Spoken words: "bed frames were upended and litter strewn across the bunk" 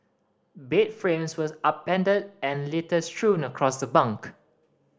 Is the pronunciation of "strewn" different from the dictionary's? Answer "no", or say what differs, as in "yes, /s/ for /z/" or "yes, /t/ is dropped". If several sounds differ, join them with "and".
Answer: no